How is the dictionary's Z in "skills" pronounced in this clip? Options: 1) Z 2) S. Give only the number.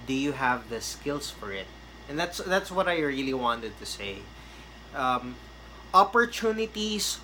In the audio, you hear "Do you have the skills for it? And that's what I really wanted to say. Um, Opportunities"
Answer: 2